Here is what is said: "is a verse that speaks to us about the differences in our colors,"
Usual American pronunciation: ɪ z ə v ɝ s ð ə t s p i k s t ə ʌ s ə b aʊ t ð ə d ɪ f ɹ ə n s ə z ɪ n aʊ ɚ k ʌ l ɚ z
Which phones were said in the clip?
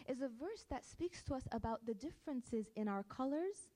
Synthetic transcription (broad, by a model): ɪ z ə v ɝ s ð ə t s p i k s t ə ʌ s ə b aʊ t ð ə d ɪ f ɹ ə n s ə z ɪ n aʊ ɚ k ʌ l ɚ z